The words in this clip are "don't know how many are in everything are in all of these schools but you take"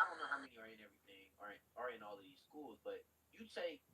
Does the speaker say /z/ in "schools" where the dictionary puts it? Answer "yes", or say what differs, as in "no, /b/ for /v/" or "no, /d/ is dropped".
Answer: yes